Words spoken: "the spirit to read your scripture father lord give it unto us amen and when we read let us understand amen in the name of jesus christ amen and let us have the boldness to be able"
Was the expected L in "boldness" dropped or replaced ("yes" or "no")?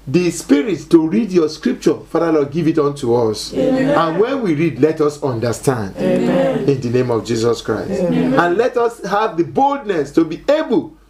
no